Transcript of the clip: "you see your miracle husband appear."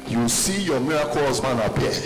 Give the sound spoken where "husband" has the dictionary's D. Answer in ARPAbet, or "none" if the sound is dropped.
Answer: none